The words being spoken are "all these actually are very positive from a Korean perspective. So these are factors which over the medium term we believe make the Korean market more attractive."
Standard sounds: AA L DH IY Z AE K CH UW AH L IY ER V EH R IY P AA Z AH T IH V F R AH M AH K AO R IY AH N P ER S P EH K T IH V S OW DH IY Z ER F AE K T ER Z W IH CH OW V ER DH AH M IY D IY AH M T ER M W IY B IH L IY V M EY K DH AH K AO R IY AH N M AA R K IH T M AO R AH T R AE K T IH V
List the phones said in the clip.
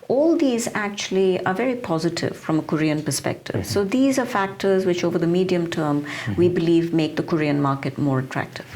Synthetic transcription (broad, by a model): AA L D IY Z AE K CH UW AH L IY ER V EH R IY P AA Z AH T IH V F R AH M AH K AO R IY AH N P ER S P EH K T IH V S OW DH IY Z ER F AE K T ER Z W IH CH OW V ER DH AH M IY D IY AH M T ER M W IY B IH L IY V M EY K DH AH K AO R IY AH N M AA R K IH T M AO R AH T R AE K T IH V